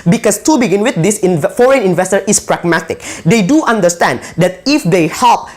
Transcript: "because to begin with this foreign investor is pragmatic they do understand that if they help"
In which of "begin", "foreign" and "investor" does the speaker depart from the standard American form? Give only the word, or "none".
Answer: none